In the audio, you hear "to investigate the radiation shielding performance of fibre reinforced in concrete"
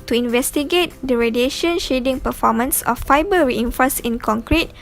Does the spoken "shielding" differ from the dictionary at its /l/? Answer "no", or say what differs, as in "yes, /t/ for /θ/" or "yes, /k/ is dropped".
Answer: yes, /l/ is dropped